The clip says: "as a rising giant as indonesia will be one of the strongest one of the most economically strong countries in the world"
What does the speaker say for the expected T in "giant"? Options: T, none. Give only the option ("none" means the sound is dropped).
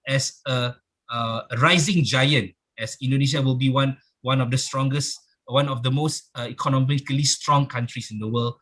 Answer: T